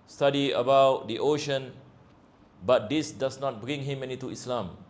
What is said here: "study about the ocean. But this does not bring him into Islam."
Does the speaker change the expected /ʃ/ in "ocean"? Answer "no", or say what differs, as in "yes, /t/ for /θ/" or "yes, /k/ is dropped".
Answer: no